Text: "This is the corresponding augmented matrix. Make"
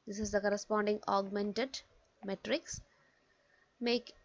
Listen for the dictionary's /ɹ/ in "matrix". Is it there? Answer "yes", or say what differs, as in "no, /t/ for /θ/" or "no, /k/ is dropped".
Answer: yes